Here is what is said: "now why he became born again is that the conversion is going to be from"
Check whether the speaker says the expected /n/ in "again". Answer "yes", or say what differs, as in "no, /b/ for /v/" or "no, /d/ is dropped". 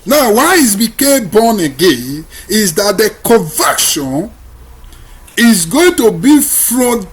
yes